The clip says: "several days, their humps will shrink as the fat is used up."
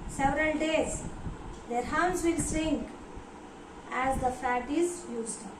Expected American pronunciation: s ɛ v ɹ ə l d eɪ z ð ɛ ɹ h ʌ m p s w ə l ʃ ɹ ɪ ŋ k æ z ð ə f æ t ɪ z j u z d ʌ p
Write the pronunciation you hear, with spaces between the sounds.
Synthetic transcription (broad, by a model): s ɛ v ɹ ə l d eɪ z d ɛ ɹ h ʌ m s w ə l s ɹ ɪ ŋ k æ z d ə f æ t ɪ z j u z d